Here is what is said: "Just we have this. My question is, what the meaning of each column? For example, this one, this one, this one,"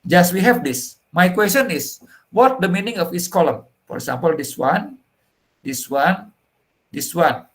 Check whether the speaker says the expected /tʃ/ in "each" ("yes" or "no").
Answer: no